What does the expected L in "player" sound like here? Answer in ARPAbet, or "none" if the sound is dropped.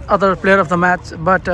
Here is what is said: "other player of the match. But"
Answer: L